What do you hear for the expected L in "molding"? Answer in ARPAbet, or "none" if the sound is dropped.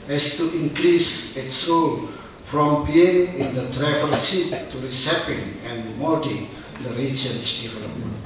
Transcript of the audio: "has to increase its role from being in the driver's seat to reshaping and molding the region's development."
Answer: none